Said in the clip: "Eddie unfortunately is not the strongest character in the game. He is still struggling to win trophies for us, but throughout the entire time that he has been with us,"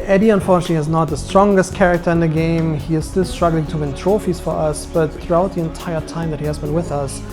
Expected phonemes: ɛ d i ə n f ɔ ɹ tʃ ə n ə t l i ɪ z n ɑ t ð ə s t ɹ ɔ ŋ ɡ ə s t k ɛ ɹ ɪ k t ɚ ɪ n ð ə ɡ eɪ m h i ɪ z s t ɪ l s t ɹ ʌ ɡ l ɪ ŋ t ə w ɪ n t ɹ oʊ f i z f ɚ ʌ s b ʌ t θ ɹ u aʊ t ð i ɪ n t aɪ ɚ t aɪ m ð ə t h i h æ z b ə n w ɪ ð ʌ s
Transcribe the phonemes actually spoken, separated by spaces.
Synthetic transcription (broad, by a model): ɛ d i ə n f ɔ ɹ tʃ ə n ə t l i ɪ z n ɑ t ð ə s t ɹ ɔ ŋ ɡ ə s t k ɛ ɹ ɪ k t ɚ ɪ n ð ə ɡ eɪ m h i ɪ z s t ɪ l s t ɹ ʌ ɡ l ɪ ŋ t ə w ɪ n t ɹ oʊ f i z f ɚ ʌ s b ʌ t θ ɹ u aʊ t ð i ɪ n t aɪ ɚ t aɪ m ð ə t h i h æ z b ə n w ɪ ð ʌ s